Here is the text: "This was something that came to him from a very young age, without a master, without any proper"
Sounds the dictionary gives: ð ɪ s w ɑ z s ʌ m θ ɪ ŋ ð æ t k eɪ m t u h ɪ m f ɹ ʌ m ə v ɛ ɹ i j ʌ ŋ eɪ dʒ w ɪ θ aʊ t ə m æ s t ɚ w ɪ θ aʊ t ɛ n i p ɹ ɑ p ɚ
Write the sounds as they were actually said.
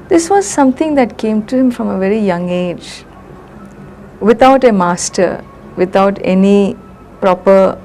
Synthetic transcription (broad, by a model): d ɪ s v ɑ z s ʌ m t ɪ ŋ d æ t k eɪ m t u h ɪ m f ɹ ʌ m ə v ɛ ɹ i j ʌ ŋ eɪ dʒ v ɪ t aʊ t ə m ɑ s t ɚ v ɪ t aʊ t ɛ n i p ɹ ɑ p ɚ